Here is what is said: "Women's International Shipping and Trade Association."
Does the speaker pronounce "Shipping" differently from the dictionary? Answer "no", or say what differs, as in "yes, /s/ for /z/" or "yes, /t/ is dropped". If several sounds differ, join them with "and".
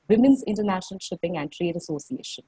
no